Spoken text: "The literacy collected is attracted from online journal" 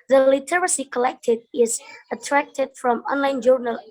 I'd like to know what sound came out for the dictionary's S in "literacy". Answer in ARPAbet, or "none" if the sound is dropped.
S